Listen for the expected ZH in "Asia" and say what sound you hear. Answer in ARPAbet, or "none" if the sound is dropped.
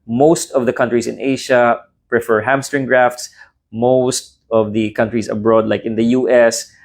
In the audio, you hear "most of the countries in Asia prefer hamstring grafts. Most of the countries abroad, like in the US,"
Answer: SH